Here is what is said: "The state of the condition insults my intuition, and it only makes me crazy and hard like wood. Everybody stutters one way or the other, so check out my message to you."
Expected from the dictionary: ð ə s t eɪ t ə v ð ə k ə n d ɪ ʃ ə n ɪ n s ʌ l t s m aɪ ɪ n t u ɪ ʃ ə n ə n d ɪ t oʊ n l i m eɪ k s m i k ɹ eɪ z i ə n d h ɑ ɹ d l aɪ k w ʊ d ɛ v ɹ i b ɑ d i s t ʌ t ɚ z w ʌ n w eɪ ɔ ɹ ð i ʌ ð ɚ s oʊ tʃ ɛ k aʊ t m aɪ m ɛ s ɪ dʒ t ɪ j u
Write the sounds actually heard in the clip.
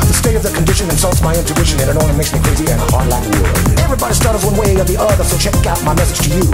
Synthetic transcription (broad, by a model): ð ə s t eɪ t ə v ð ə k ə n d ɪ ʃ ə n ɪ n s ʌ l t s m aɪ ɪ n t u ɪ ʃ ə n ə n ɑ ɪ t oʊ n i m eɪ k s m i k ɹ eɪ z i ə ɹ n h ɑ ɹ d l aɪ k ɛ v ɹ i b ɑ d i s t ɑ t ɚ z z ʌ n w eɪ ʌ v ð i ʌ ð ɚ s oʊ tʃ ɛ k aʊ t m aɪ m ɛ s ɪ dʒ t ɪ j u